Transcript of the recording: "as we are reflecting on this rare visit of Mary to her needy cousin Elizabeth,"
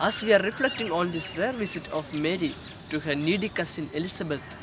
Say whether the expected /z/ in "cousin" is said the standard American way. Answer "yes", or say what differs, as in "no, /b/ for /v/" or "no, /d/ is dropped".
no, /s/ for /z/